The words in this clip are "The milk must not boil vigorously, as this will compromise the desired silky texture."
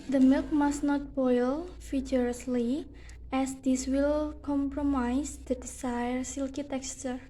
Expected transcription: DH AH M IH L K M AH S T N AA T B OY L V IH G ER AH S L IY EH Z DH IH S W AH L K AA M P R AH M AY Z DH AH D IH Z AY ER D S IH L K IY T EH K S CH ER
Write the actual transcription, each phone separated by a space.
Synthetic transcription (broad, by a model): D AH M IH L K M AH S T N AA T B OY L F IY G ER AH S L IY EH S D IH S W AH L K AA M P R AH M AY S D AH D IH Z AY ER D S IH L K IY T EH K S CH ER